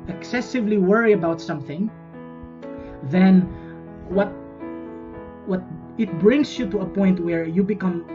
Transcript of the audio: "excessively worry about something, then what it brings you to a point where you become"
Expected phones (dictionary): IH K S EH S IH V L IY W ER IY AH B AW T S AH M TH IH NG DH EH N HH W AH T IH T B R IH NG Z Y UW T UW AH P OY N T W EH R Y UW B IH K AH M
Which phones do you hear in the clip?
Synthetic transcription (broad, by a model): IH K S EH S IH V L IY W ER IY AH B AW T S AH M TH IH NG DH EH N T W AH T IH T B R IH NG S Y UW T UW AH P OY N T W EH R Y UW B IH K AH M